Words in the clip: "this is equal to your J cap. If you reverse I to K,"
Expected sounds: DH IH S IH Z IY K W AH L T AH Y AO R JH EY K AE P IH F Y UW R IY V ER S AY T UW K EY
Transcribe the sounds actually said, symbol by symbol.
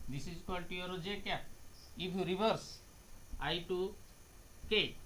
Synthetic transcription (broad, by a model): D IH S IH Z K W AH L T AH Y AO R JH EY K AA IH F Y UW R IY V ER S AY T UW K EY